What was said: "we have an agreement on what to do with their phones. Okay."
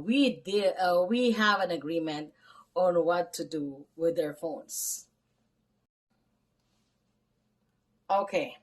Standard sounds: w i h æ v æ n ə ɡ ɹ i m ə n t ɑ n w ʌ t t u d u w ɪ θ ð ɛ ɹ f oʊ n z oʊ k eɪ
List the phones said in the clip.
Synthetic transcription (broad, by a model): w i h æ v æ n ə ɡ ɹ i m ə n t ɑ n w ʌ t t u d u w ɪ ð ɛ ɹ f oʊ n s oʊ k eɪ